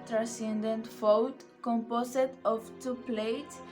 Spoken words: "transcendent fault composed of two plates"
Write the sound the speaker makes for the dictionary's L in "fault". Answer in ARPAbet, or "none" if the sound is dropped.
W